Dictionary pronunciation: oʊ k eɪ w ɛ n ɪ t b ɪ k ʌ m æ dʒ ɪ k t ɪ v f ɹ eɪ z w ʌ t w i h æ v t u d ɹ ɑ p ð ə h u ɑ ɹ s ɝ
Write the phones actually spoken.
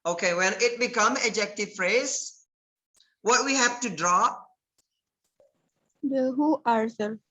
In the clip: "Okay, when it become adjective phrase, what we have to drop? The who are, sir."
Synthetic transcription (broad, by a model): oʊ k eɪ w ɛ l ɪ t b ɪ k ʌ m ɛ dʒ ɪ k t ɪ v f ɹ eɪ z w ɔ t w i h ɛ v t u d ɹ ɑ p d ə h u ɑ ɹ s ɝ